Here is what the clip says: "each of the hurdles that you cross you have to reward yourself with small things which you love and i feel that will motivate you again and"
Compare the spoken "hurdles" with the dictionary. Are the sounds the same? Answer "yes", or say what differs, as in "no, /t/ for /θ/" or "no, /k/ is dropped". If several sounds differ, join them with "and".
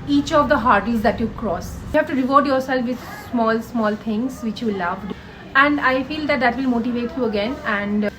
no, /l/ is dropped